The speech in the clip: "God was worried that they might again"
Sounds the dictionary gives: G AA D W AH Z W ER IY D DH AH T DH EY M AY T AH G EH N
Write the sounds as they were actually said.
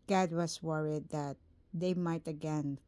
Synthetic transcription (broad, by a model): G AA D W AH S W ER IY D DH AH T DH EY M AY T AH G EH N